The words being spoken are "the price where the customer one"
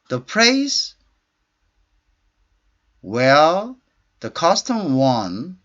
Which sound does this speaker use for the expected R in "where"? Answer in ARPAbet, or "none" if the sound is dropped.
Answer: L